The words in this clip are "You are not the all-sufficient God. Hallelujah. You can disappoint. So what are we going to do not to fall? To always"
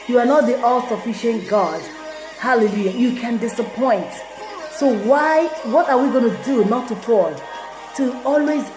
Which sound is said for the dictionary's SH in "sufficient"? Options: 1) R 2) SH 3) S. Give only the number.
2